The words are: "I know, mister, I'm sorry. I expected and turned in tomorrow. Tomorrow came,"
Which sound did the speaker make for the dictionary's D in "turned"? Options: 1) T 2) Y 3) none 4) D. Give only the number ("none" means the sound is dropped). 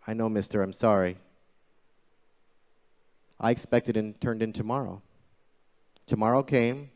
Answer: 4